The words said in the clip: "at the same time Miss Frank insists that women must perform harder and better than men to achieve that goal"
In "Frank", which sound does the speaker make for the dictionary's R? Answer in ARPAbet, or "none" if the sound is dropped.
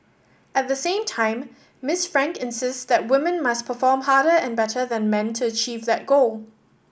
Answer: R